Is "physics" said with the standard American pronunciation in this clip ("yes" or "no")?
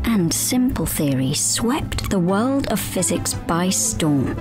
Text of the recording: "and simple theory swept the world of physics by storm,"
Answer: yes